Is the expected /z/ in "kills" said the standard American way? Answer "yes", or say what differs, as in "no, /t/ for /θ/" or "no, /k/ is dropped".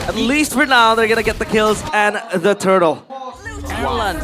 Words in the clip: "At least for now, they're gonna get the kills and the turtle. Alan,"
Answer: yes